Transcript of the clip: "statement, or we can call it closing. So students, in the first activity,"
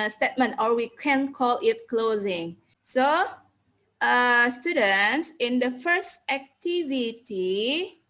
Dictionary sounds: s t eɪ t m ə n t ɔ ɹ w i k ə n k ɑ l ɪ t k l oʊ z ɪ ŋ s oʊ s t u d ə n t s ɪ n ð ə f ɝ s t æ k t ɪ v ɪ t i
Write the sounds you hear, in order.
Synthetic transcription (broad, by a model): s t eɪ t m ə n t ɔ ɹ w i k ə n k ɑ l ɪ t k l oʊ z ɪ ŋ s oʊ s t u d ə n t s ɪ n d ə f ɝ s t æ k t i v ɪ t i